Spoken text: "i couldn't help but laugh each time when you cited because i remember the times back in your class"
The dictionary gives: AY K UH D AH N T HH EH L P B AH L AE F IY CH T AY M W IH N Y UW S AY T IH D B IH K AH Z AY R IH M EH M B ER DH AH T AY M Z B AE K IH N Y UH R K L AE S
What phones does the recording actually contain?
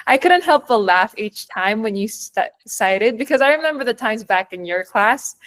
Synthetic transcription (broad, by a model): AY K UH D N T HH EH L P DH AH L AE F IY CH T AY M W IH N Y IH S AY T IH D B IH K AH Z AY R IH M EH M B ER DH AH T AY M Z B AE K IH N Y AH R K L AE S